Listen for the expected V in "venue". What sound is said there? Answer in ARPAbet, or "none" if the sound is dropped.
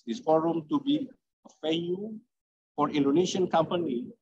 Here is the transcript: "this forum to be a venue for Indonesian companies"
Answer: F